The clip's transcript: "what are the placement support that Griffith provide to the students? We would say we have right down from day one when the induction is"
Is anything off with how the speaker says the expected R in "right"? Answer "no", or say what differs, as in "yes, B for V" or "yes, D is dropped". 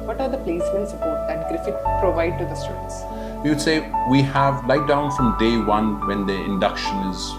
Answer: yes, L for R